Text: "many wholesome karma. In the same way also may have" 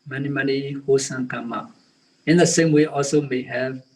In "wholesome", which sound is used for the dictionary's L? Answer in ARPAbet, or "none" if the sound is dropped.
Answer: none